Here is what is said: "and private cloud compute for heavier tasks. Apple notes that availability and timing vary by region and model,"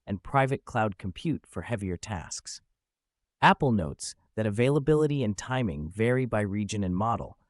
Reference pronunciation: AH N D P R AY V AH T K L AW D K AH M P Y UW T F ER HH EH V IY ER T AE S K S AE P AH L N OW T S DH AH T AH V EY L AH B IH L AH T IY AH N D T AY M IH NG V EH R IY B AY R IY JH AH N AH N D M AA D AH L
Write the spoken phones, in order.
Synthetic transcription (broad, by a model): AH N P R AY V AH T K L AW D K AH M P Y UW T F ER HH EH V IY ER T AE S K S AE P L N OW T S DH AH T AH V EY L AH B IH L AH T IY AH N T AY M IH NG V EH R IY B AY R IY JH AH N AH N M AA D L